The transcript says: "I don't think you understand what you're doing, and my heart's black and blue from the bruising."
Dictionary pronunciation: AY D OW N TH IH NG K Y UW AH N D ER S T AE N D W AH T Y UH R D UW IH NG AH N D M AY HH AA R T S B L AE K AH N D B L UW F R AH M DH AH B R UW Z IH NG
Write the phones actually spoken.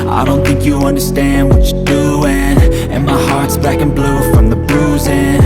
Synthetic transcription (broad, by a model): AY D OW N TH IH NG K Y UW AH N D ER S T AE N D W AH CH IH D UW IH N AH N M AY HH AA R T S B AE K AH N B L UW F R AH M DH AH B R UW Z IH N